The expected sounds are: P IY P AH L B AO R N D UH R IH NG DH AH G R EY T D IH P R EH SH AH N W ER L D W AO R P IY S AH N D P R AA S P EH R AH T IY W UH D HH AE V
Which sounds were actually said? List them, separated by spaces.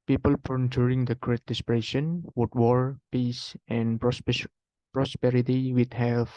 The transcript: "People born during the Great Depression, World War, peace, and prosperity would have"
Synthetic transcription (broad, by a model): P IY P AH L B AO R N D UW R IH NG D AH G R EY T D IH P R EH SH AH N W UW D W AO R P IY S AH N P R AA S P EH R AH T IY W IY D HH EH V